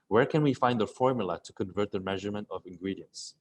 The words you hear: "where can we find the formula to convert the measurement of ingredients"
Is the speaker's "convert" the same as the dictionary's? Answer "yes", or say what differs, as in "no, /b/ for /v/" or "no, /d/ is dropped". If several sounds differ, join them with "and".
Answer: yes